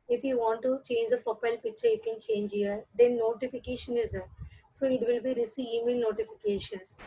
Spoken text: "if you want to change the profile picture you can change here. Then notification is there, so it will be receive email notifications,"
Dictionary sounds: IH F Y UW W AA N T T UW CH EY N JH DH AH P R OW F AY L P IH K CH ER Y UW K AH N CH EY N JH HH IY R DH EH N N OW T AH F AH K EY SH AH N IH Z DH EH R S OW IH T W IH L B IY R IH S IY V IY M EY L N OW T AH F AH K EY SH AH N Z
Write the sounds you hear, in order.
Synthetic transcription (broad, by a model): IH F Y UW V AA N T T UW CH EY N JH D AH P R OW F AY L P IH K CH ER Y UW K AH N CH EY N JH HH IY R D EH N N OW T AH F AH K EY SH AH N IH Z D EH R S OW IH T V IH L B IY R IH S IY IY M EY L N OW T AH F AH K EY SH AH N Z